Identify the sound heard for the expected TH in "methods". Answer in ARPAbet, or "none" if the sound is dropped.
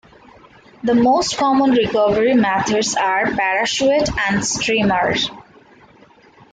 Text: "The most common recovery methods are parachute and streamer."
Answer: T